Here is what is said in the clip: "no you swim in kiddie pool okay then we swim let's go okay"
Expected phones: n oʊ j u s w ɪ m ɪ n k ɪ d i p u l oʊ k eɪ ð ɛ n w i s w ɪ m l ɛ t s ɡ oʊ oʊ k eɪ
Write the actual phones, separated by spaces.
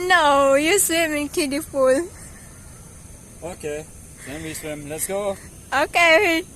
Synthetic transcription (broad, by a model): n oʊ j u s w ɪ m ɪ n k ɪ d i f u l oʊ k eɪ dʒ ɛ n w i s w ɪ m l ɛ t s ɡ oʊ oʊ k eɪ